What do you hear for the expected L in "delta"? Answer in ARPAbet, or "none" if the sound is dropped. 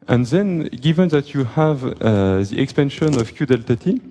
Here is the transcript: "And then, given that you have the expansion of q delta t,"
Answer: L